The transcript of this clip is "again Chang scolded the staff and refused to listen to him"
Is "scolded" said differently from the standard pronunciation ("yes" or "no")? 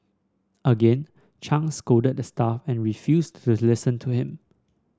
yes